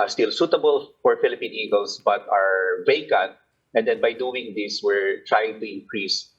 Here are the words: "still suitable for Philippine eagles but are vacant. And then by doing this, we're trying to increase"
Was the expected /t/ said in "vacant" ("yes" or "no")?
yes